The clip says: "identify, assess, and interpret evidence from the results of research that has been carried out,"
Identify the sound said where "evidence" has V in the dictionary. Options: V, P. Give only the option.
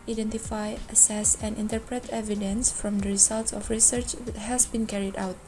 V